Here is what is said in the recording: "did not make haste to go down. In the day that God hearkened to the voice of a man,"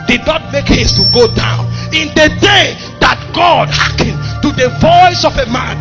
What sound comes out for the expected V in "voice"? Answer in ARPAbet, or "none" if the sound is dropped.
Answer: V